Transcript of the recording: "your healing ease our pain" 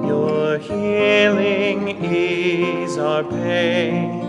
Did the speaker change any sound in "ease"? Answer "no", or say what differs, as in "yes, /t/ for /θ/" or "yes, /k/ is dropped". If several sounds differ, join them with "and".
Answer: no